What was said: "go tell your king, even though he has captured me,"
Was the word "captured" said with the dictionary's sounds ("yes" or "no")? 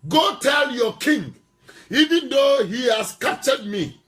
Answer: no